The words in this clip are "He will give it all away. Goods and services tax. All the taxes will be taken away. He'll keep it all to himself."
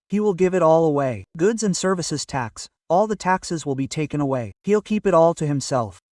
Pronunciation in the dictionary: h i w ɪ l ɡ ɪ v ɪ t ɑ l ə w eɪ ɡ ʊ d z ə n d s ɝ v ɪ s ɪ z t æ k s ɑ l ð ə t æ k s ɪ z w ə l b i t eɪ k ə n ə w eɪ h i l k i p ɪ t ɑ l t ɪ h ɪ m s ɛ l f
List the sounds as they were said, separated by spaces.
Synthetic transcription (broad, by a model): h i w ɪ l ɡ ɪ v ɪ t ɑ l ə w eɪ ɡ ʊ d z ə n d s ɝ v ɪ s ɪ z t æ k s ɑ l ð ə t æ k s ɪ z w ə l b i t eɪ k ə n ə w eɪ h i l k i p ɪ t ɑ l t ɪ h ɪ m s ɛ l f